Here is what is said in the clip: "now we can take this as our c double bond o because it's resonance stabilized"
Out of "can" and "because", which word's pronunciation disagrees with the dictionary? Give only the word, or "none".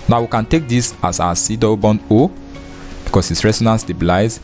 because